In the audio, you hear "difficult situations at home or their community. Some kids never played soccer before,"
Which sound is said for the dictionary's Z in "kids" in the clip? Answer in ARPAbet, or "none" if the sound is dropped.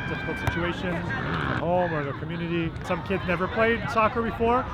Z